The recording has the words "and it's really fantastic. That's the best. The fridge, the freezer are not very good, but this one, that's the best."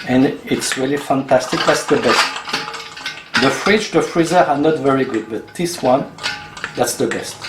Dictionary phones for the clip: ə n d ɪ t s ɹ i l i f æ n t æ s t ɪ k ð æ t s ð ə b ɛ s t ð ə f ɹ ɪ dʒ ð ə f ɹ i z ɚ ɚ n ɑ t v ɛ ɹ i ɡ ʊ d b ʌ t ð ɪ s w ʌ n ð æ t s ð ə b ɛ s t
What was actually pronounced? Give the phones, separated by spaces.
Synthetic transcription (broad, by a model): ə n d ɪ t s ɹ i l i f æ n t æ s t ɪ k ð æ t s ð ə b ɛ s t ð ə f ɹ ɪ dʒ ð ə f ɹ i z ɚ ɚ n ɑ t v ɛ ɹ i ɡ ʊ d b ʌ t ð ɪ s w ʌ n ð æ t s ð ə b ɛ s t